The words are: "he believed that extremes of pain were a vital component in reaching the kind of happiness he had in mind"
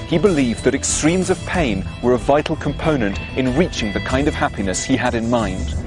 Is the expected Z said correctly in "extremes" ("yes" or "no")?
yes